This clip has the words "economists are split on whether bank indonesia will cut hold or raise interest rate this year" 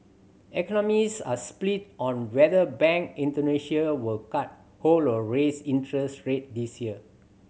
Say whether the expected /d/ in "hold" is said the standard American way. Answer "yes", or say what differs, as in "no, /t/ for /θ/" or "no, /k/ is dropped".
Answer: no, /d/ is dropped